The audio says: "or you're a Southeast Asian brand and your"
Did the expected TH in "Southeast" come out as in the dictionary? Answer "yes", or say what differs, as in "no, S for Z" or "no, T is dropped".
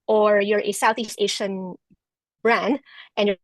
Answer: yes